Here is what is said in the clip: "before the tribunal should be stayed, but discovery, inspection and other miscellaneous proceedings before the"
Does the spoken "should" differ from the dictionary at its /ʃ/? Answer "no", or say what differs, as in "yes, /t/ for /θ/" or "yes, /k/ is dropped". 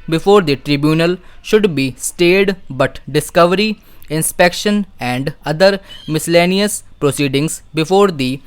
no